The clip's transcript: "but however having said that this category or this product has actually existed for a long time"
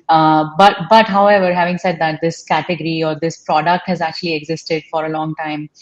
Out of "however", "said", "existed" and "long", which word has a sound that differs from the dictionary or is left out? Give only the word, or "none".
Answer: none